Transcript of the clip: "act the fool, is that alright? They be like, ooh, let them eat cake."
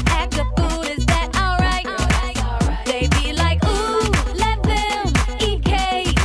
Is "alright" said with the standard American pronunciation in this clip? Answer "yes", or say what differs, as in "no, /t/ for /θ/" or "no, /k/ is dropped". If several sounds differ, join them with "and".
yes